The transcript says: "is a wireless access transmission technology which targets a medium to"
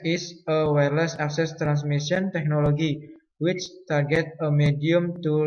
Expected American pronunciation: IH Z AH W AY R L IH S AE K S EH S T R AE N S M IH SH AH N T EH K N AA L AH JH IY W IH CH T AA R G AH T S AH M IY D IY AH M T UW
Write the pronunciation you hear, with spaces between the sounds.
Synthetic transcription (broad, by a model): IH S AH W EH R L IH S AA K S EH S T R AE N S M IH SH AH N T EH K N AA L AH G IY W IH CH T AA R G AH T AH M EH D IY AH M T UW